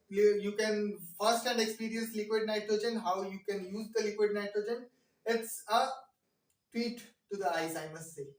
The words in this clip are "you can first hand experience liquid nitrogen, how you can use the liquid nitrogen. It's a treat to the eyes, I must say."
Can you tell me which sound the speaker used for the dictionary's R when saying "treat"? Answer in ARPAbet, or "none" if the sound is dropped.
W